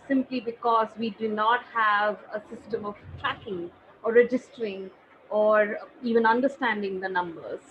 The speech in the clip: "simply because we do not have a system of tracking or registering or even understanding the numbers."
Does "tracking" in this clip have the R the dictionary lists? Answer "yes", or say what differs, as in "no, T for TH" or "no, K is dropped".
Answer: yes